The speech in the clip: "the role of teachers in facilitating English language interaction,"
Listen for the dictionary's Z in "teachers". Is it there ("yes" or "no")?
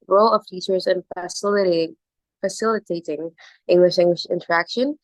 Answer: yes